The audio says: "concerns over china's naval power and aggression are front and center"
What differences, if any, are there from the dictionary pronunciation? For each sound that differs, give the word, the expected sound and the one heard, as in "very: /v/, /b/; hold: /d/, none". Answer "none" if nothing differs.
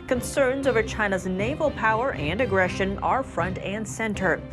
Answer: none